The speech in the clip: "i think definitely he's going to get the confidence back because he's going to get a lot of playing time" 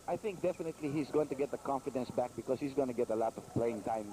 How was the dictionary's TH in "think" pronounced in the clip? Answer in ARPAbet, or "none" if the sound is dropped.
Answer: TH